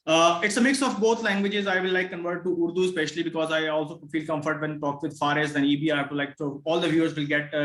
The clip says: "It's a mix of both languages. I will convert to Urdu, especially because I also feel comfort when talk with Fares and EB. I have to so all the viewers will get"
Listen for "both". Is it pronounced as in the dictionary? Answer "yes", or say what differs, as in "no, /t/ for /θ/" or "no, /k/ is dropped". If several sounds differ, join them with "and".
no, /t/ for /θ/